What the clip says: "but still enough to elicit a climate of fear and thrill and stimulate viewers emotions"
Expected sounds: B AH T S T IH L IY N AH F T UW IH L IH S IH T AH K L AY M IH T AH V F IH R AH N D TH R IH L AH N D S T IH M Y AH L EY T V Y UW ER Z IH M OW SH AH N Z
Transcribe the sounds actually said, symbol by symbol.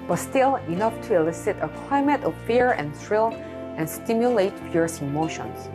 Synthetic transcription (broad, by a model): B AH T S T IH L IY N AH F T UW IH L IH S IH T AH K L AY M IH T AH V F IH R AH N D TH R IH L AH N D S T IH M Y AH L EY T P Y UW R S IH M OW SH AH N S